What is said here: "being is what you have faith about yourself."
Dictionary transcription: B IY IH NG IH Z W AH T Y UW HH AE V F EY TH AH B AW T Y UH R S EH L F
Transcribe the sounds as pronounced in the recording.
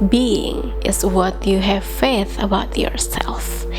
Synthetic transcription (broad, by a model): B IY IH NG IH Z W AH T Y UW HH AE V F EY TH AH B AW T Y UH R S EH L F